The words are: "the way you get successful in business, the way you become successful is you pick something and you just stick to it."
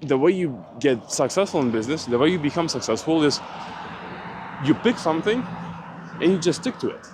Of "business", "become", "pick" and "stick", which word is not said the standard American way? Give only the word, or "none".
none